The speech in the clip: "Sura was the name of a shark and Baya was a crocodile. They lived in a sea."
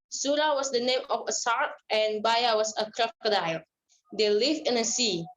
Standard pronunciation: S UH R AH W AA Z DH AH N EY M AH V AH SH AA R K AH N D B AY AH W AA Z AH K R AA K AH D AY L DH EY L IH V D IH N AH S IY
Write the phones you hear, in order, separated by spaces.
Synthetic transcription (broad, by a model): S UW R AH W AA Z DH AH N EY M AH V AH S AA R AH N B AY AH W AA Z AH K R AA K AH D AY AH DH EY L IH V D IH N AH S IY